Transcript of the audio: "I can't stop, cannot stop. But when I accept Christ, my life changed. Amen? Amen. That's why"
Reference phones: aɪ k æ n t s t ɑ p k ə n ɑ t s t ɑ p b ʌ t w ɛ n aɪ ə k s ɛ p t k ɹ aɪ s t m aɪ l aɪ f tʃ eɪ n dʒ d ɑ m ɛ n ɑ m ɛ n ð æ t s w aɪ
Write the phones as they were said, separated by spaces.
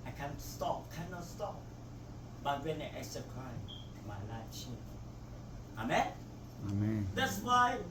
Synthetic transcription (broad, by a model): aɪ k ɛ n s t ɑ p k ə n ɑ t s t ɑ p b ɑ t w ɛ n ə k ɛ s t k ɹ aɪ t m aɪ l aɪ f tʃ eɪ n ɑ m ɛ n ɑ m ɛ n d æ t s w aɪ